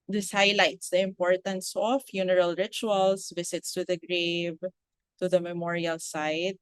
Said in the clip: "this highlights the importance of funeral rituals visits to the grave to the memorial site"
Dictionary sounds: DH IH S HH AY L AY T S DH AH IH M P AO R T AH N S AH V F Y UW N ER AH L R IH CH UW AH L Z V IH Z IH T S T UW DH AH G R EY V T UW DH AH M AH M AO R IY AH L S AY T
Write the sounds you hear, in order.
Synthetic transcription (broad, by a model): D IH S HH AY L AY T S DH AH IH M P AO R T AH N S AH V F Y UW N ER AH L R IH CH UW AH L S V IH S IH T S T UW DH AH G R EY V T UW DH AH M AH M AO R IY AH L S AY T